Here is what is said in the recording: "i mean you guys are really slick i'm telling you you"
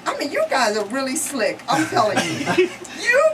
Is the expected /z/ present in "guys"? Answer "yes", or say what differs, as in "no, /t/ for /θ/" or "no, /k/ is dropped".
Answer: yes